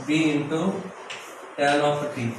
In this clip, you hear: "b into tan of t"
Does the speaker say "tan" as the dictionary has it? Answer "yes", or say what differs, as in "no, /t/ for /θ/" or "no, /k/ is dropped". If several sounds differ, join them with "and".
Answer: no, /l/ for /n/